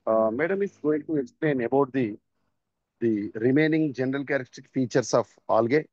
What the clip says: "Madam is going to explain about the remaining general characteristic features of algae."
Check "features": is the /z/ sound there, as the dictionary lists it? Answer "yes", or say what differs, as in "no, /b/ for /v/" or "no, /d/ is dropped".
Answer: no, /s/ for /z/